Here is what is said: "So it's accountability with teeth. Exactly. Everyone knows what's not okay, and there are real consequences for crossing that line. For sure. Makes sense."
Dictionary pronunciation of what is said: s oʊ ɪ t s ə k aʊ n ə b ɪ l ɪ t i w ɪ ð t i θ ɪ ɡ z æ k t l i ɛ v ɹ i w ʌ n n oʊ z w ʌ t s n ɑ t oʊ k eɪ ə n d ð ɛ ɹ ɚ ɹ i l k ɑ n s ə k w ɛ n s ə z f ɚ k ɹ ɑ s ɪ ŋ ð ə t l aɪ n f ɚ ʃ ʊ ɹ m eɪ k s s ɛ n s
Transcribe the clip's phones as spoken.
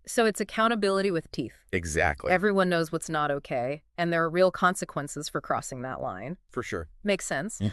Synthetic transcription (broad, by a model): s oʊ ɪ t s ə k aʊ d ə b ɪ l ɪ t i w ɪ ð t i θ ɪ ɡ z æ k t l i ɛ v ɹ i w ʌ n n oʊ z w ʌ t s n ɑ t oʊ k eɪ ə n ð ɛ ɹ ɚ ɹ i l k ɑ n s ə k w ɛ n s ə z f ɚ k ɹ ɑ s ɪ ŋ ð ə t l aɪ n f ɚ ʃ ʊ ɹ m eɪ k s s ɛ n s